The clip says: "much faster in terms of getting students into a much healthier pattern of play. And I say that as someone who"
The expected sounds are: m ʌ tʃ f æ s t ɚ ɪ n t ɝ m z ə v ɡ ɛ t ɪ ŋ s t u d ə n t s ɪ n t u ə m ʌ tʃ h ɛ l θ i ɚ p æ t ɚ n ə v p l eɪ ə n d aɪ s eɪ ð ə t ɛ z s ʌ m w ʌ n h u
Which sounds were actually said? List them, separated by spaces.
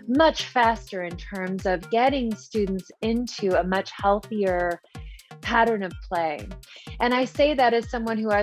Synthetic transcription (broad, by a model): m ʌ tʃ f æ s t ɚ ɪ n t ɝ m z ə v ɡ ɛ t ɪ ŋ s t u d n t s ɪ n t u ə m ʌ tʃ h ɛ l θ i ɚ p æ t ɚ n ə v p l eɪ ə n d aɪ s eɪ ð ə t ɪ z s ʌ m w ʌ n h u